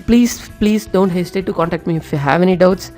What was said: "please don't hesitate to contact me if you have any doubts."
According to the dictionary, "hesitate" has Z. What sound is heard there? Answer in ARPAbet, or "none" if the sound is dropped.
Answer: S